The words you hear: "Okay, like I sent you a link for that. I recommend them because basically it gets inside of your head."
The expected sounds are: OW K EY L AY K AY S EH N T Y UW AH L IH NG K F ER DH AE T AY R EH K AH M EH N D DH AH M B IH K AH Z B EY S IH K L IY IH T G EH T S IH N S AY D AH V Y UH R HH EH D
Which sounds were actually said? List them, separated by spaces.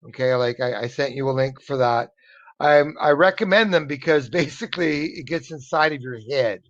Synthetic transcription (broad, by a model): OW K EY L AY K AY S EH N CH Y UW AH L IH NG K F ER DH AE T AY R EH K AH M EH N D DH AH M B IH K AH Z B EY S IH K L IY IH T G EH T S IH N S AY D AH V Y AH R HH EH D